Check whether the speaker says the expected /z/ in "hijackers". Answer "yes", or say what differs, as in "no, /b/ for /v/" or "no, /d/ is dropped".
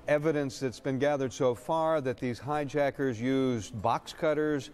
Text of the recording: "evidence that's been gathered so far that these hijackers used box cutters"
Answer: yes